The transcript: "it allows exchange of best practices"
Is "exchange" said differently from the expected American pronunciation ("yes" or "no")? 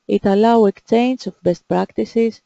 yes